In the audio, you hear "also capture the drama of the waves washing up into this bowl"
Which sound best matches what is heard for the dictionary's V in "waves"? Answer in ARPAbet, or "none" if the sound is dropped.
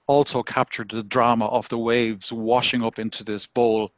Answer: V